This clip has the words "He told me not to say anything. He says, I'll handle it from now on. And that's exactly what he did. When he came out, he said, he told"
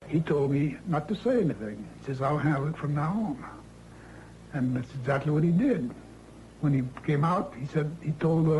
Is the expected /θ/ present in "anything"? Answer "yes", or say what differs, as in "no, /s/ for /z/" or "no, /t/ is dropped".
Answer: yes